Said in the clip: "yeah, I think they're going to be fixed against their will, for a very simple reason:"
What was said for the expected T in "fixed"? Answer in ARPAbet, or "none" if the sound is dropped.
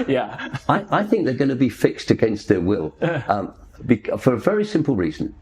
T